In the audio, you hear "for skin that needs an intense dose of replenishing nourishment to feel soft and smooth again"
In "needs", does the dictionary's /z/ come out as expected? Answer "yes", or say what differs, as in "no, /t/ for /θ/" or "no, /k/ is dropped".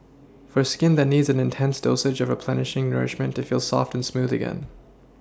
yes